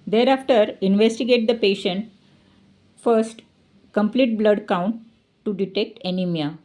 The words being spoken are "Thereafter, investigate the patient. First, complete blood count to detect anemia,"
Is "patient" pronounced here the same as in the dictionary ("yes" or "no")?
yes